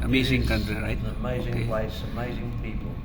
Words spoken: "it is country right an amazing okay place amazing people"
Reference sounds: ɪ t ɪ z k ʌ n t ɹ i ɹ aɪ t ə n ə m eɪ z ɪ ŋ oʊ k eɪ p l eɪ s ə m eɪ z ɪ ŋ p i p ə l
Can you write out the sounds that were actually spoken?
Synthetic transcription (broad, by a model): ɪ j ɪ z k ʌ n t ɹ i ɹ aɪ ə n ə m eɪ z ɪ ŋ p l eɪ s ə m eɪ z ɪ ŋ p i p l